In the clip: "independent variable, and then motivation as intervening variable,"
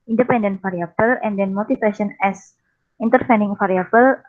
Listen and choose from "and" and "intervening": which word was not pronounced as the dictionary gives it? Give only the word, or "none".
intervening